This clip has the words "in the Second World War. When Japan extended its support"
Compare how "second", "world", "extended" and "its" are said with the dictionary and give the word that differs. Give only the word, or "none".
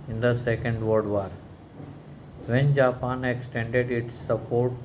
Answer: world